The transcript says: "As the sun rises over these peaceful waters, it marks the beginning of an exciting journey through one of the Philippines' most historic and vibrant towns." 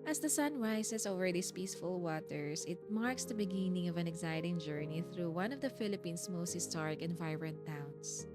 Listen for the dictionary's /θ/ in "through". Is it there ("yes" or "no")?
yes